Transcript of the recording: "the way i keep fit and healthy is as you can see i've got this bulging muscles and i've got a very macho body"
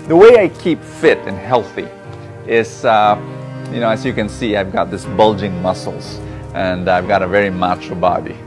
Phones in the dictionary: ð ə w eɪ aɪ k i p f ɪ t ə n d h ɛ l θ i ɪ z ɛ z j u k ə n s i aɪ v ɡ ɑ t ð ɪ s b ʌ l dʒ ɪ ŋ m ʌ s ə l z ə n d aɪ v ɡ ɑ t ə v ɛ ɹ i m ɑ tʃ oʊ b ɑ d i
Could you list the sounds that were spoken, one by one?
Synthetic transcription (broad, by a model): ð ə w eɪ aɪ k i p f ɪ t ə n h ɛ l θ i ɪ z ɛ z j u k ə n s i aɪ v ɡ ɑ t ð ɪ s b ʌ l dʒ ɪ ŋ m ʌ s l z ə n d aɪ v ɡ ɑ t ə v ɛ ɹ i m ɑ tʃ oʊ b ɑ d i